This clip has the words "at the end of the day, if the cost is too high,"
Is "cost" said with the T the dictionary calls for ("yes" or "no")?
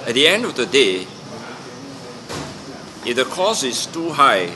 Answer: no